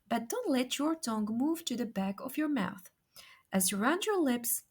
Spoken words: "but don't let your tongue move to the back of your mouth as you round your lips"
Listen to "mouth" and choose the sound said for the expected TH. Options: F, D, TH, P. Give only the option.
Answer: TH